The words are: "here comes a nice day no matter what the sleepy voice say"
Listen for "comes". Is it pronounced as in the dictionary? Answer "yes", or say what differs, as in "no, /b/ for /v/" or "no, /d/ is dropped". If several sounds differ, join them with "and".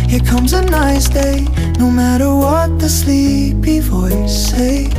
yes